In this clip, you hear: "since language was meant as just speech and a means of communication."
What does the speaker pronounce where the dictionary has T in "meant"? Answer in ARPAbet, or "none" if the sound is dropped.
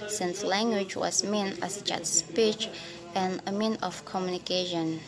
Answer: none